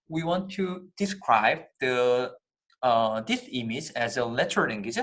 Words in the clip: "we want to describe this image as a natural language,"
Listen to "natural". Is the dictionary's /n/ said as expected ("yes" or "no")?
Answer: no